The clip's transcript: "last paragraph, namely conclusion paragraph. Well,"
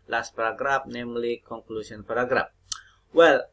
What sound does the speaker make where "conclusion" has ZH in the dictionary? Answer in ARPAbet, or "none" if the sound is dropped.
S